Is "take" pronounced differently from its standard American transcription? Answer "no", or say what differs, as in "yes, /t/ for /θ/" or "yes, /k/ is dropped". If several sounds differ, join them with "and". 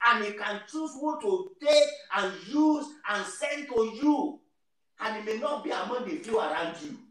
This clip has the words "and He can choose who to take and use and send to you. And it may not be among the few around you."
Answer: yes, /k/ is dropped